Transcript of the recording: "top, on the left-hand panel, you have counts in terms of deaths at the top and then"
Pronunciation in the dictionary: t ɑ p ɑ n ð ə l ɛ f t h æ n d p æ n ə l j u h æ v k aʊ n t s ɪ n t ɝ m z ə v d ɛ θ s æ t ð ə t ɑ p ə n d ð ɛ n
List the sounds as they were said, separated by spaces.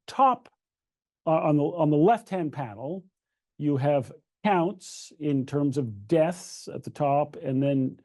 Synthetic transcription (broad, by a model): t ɑ p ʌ n ð ə l ɛ f t h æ n p æ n l j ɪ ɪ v k aʊ n t s ɪ n t ɝ m z ə v d ɛ θ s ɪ t ð ə t ɑ p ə n ð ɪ n